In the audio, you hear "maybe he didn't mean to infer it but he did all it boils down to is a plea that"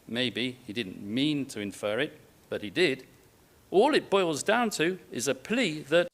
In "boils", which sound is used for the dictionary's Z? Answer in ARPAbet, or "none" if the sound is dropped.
Z